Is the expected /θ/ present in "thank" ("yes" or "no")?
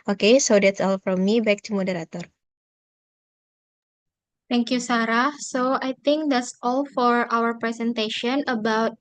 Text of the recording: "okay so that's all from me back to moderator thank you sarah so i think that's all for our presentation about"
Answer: no